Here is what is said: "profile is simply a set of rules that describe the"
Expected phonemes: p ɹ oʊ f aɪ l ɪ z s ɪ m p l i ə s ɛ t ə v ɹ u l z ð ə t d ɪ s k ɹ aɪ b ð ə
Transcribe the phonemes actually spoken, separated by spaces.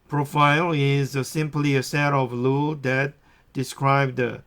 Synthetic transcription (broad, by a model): p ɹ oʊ f aɪ l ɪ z s ɪ m p l i ə s ɛ t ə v l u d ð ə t d ɪ s k ɹ aɪ b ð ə